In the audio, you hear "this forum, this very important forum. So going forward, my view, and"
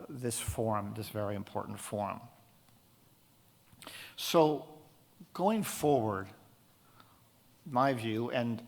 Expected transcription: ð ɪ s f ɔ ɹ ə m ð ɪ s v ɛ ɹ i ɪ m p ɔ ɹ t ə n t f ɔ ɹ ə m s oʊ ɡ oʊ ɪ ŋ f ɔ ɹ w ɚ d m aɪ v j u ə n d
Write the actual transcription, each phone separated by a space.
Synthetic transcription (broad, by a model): ð ɪ s f ɔ ɹ m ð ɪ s v ɛ ɹ i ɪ m p ɔ ɹ t n t f ɔ ɹ m s oʊ ɡ oʊ ɪ ŋ f ɔ ɹ w ɚ d m aɪ v j u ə n